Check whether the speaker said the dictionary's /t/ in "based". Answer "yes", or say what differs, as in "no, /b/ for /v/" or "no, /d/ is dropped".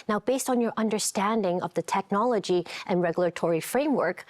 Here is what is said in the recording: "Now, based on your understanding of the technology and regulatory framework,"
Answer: yes